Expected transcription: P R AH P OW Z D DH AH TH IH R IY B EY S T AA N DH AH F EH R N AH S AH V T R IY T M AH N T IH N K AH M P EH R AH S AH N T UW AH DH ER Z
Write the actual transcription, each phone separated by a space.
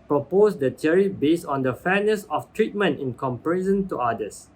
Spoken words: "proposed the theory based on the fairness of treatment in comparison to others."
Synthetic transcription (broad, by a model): P R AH P OW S D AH T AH R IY B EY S AA N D AH F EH N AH S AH F T R IY T M AH N T IH N K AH M P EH R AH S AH N T UW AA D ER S